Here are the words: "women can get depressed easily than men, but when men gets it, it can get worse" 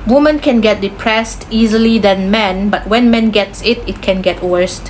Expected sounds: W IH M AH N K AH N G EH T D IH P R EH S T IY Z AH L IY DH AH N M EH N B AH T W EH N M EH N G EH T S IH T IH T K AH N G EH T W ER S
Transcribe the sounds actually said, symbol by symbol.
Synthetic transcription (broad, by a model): W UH M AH N K AH N G EH T D IH P R EH S T IY Z AH L IY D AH N M EH N B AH T W EH N M EH N G EH T S IH T IH T K AH N G EH T W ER S